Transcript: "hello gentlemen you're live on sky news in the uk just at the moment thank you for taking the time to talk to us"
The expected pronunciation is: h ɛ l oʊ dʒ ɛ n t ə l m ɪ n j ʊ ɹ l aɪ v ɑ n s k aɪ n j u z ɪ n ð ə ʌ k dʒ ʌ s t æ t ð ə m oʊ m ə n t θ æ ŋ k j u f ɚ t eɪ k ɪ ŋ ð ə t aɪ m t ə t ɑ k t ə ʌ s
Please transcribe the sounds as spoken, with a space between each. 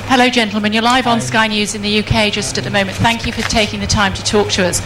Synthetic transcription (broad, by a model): h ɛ l oʊ dʒ ɛ n t l m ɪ n j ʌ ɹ l aɪ v n s k aɪ n j u z ɪ n ð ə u k dʒ ʌ s t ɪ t ð ə m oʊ m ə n θ æ ŋ k j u f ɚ t eɪ k ɪ ŋ ð ə t aɪ m t ə t ɑ k t ə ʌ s